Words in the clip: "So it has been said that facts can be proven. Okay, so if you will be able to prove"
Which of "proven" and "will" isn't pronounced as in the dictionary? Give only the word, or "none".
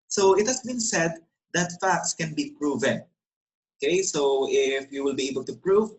none